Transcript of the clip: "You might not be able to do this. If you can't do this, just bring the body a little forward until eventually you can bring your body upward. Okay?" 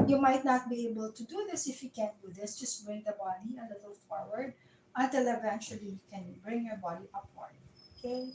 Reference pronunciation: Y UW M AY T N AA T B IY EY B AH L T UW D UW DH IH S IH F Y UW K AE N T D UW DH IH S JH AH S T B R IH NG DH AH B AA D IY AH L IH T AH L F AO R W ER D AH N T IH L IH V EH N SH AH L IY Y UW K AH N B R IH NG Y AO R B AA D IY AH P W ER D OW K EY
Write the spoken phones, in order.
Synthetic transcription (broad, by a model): Y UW M AY T N AA T B IY EY B AH L T UW D UW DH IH S IH F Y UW K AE N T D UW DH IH S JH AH S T B R IH NG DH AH B AA D IY AH L IH T AH L F AO R W ER D AH N T IH L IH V EH N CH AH L IY K AH N B R IH NG Y AO R B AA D IY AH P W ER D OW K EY